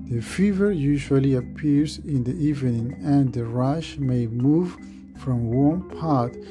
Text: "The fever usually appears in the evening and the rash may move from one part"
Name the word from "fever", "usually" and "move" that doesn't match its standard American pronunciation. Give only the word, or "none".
none